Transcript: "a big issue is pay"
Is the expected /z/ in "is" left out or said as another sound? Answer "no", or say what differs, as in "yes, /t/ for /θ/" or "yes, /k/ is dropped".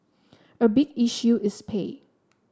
yes, /s/ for /z/